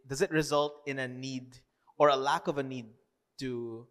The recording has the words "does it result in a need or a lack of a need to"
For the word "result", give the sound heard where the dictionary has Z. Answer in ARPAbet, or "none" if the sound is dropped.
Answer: Z